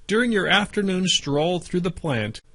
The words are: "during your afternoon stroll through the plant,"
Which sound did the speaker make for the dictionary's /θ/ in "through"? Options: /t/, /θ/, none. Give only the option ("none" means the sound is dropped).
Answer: /θ/